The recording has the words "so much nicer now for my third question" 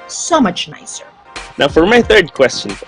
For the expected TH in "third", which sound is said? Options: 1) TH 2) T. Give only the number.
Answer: 1